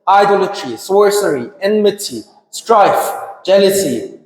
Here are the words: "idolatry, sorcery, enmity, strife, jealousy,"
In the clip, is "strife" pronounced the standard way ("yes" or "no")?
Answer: yes